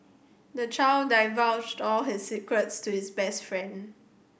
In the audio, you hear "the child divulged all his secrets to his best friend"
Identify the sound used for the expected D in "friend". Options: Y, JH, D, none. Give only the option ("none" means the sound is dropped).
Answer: D